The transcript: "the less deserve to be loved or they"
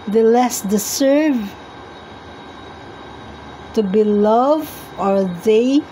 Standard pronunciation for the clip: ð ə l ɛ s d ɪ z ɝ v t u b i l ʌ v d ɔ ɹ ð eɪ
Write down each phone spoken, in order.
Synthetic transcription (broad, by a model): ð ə l ɛ s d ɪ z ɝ v t u b i l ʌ v ɔ ɹ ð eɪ